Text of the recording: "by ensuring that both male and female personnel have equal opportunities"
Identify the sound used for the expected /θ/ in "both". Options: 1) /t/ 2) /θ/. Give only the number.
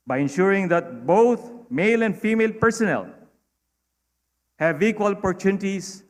1